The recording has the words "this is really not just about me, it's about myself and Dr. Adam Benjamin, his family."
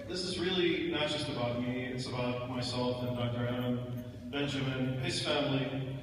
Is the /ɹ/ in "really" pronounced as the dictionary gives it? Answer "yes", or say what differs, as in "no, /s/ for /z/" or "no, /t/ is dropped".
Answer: yes